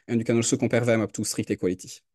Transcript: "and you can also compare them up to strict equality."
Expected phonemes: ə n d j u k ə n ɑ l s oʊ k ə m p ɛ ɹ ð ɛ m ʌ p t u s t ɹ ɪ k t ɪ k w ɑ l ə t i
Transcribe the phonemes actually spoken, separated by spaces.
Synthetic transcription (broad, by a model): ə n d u k ə n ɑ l s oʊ k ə p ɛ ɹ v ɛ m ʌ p t u s t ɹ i k t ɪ k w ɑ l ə t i